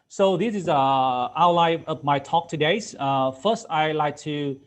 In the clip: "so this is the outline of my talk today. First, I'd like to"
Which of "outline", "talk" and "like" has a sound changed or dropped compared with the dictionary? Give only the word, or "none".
outline